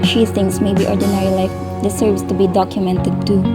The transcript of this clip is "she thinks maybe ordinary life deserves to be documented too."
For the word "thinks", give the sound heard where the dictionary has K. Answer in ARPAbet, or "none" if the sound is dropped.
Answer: none